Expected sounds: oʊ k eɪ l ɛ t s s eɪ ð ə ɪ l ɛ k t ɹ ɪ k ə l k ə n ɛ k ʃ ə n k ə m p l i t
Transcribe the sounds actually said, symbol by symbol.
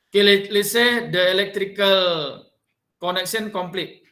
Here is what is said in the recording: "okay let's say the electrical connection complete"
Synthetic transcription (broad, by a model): k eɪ l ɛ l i s eɪ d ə ɪ l ɛ k t ɹ ɪ k ə l k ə n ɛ k s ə n k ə m p l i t